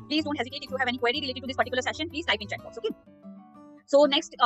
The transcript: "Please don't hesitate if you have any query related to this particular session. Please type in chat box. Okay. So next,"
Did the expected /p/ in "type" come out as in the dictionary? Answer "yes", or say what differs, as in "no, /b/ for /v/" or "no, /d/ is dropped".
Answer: no, /p/ is dropped